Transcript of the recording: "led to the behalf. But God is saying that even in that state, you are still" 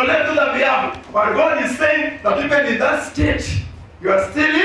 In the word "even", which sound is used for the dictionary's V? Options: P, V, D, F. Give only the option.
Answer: P